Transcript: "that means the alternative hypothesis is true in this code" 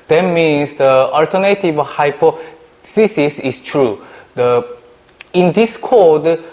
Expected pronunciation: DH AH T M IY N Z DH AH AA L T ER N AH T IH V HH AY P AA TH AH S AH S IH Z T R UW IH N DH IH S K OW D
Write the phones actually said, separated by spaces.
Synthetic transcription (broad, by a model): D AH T M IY N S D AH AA L T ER N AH T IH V HH AY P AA S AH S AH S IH S T R UW IH N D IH S K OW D